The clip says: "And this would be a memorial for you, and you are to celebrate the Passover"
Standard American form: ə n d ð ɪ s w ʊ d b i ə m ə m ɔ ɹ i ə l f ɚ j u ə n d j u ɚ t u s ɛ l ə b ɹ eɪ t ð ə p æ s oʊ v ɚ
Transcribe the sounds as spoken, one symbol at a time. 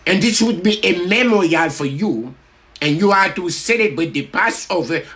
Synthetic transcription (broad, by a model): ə n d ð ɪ s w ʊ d b i ə m ə m ɔ ɹ i ə l f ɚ j u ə n j u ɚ t u s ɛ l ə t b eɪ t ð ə p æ s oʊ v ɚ